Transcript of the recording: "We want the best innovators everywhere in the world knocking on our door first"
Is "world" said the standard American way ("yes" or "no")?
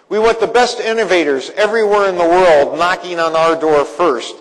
yes